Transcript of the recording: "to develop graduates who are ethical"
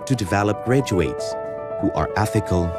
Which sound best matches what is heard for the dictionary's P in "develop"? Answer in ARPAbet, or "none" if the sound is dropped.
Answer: P